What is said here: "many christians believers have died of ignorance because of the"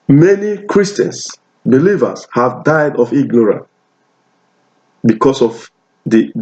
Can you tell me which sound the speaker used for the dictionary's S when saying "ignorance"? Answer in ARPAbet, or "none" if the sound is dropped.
none